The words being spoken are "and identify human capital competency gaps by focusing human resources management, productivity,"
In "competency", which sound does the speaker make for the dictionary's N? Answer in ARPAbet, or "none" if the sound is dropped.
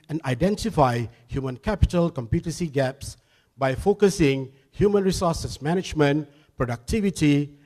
none